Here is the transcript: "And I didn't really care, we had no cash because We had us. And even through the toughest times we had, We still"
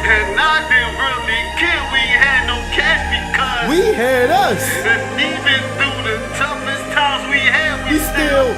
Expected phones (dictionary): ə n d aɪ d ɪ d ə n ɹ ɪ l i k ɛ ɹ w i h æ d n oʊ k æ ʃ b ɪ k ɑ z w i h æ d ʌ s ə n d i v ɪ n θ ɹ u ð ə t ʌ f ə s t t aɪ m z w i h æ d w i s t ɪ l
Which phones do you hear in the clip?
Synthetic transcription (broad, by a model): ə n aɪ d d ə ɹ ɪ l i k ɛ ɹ w i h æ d n oʊ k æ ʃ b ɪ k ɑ w i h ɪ d ʌ s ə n i v ɪ n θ u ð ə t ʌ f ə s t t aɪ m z w i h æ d w i s t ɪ l